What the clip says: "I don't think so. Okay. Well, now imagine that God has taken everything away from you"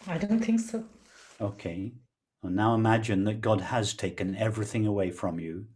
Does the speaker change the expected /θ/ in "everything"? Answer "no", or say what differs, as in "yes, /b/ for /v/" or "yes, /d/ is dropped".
no